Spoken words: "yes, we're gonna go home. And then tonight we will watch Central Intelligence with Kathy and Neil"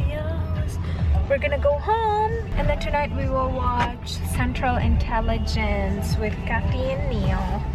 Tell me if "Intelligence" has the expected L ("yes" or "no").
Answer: yes